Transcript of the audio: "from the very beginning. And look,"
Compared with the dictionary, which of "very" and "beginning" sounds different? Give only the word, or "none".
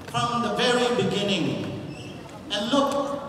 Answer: none